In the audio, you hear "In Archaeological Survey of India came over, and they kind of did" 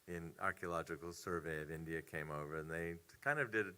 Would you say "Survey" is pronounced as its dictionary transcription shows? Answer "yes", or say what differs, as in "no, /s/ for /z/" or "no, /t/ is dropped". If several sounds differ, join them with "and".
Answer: yes